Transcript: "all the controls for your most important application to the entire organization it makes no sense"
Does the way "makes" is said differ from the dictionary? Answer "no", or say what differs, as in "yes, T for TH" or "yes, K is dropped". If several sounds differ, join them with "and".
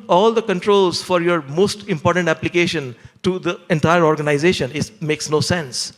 no